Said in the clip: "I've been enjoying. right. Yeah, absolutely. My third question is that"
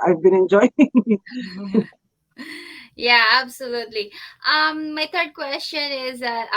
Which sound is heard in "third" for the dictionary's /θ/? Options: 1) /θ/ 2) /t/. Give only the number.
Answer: 2